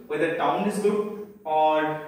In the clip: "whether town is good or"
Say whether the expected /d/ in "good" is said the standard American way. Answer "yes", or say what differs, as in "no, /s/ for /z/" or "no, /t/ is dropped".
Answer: no, /d/ is dropped